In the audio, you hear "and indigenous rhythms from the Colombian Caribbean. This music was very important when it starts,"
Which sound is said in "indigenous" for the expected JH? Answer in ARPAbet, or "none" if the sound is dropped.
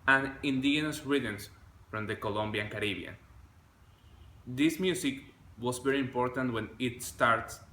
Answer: none